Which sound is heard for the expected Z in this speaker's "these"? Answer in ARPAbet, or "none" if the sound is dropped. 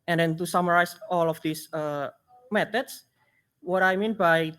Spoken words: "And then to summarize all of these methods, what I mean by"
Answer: S